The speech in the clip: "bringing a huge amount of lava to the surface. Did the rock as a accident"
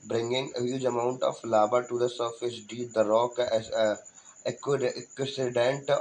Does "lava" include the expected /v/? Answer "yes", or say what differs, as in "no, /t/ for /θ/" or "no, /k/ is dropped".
no, /b/ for /v/